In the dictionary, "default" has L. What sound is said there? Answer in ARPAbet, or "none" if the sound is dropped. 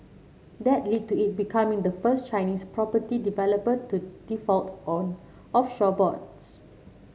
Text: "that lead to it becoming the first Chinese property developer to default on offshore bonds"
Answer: L